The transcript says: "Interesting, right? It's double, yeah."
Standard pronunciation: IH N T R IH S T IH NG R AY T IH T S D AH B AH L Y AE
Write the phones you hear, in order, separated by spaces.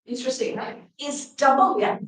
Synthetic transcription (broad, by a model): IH N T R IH S T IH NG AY IH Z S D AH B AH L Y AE